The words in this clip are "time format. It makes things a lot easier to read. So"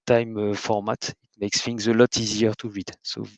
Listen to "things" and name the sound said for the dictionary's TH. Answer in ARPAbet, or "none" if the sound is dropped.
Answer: F